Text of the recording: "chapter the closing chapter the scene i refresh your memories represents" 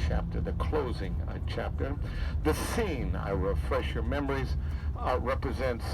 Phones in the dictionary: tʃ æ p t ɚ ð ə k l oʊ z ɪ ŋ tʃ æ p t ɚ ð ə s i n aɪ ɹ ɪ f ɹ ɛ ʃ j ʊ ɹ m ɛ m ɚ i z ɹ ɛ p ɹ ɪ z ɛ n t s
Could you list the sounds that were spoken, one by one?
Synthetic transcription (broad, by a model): tʃ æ p t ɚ ð ə k l oʊ z ɪ ŋ tʃ æ p t ɚ ð ə s i n aɪ ɹ ɪ f ɹ ɛ ʃ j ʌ ɹ m ɛ m ɚ i z ɹ ɛ p ɹ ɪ z ɛ n t s